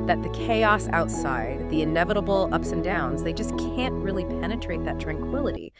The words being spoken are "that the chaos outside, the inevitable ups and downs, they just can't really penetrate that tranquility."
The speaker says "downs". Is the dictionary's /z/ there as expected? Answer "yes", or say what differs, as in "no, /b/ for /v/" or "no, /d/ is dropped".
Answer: yes